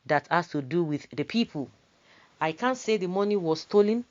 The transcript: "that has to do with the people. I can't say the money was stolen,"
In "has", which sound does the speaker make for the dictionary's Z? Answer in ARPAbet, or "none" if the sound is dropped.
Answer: S